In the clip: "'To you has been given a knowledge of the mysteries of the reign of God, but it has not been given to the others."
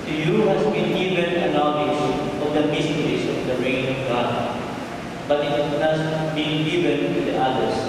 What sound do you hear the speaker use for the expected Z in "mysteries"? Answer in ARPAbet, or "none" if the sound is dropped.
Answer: S